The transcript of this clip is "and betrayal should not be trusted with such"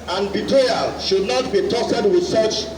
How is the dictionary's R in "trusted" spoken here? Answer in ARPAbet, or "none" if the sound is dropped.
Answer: none